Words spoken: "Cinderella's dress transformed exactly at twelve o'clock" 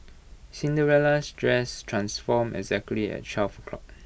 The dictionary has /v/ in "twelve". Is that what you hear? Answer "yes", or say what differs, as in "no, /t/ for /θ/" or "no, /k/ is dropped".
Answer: no, /f/ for /v/